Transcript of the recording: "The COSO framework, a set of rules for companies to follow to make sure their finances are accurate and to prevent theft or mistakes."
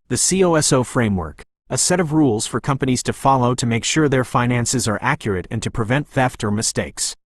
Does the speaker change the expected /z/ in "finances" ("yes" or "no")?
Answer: no